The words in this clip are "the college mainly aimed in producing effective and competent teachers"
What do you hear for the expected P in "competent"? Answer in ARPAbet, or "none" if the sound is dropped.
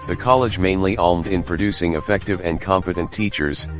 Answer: F